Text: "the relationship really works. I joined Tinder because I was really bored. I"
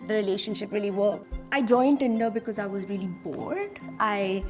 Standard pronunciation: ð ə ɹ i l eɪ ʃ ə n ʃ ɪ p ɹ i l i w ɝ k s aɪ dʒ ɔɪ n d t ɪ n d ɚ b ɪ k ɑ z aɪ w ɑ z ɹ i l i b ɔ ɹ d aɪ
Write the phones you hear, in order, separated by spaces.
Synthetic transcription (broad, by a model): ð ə ɹ i l eɪ ʃ ə n ʃ ɪ p ɹ i l i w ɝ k aɪ dʒ ɔɪ n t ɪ n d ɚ b ɪ k ɑ z aɪ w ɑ z ɹ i l i b ɔ ɹ d aɪ